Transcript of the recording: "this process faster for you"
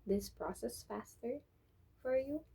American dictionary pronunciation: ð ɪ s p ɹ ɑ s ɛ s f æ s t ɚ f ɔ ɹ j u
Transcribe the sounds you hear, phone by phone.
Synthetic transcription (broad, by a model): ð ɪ s p ɹ ɑ s ɛ s f æ s t ɚ f ɔ ɹ j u